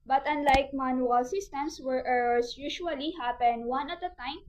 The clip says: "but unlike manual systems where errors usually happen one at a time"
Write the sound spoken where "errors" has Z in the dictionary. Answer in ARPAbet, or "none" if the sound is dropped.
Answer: S